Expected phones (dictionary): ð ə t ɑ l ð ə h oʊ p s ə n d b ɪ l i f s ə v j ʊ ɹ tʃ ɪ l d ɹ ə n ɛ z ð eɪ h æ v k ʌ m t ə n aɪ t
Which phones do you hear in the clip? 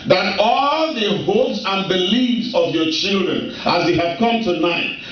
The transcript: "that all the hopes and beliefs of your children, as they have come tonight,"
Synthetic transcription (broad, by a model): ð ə t ɑ l ð ə h oʊ p s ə n b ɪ l i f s ə v j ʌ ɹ tʃ ɪ l d ɹ ə n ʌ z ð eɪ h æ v k ʌ m t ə n aɪ t